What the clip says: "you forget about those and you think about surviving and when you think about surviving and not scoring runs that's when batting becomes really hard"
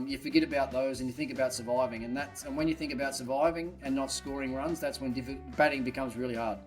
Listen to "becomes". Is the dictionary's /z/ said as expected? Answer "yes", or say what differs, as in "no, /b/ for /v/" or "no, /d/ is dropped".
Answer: yes